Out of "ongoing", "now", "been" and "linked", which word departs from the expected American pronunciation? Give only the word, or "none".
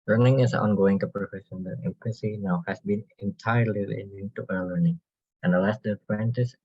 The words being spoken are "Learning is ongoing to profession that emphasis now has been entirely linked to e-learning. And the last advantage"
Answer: linked